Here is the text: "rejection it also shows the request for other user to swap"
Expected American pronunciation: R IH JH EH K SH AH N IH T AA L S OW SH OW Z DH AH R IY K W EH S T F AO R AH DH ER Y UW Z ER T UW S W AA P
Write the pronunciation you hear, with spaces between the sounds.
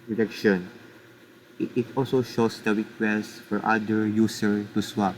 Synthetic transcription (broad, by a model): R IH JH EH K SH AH N IH T AA L S OW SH OW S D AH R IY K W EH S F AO R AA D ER Y UW S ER T UW S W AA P